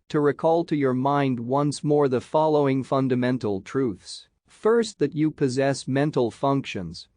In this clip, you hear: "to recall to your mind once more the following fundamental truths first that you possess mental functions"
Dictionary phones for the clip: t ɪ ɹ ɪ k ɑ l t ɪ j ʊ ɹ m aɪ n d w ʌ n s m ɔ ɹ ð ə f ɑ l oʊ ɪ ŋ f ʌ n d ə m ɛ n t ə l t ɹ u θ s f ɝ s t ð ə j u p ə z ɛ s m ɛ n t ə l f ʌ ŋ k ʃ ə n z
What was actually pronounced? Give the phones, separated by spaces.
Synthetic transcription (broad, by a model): t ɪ ɹ ɪ k ɑ l t ɪ j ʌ ɹ m aɪ n d w ʌ n s m ɔ ɹ ð ə f ɑ l oʊ ɪ ŋ f ʌ n d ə m ɛ n t l t ɹ u θ s f ɝ s t ð ə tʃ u p ə z ɛ s m ɛ n t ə l f ʌ ŋ k ʃ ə n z